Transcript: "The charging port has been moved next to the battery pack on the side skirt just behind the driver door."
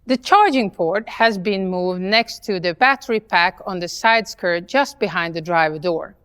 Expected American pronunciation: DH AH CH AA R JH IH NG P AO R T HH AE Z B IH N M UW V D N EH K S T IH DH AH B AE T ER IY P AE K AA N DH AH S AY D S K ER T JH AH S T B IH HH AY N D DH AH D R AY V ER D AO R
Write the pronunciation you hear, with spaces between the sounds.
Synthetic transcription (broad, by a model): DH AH CH AA R JH IH NG P AO R T HH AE Z B IH N M UW V D N EH K S T IH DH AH B AE T ER IY P AE K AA N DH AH S AY D S K ER T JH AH S T B IH HH AY N D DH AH D R AY V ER D AO R